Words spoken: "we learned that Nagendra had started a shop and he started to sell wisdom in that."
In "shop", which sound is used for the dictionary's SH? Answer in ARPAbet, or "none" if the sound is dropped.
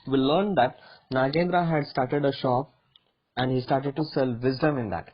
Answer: SH